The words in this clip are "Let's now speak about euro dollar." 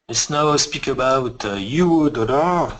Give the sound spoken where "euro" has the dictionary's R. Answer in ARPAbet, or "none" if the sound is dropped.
W